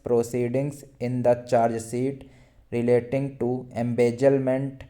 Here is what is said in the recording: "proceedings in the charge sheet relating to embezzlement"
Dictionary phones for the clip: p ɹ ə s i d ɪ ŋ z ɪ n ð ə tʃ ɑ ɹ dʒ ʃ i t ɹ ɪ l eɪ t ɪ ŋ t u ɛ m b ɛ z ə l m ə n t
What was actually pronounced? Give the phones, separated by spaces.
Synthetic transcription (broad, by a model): p ɹ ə s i d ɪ ŋ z ɪ n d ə tʃ ɑ ɹ dʒ s i t ɹ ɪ l eɪ t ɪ ŋ t u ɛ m b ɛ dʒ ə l m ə n t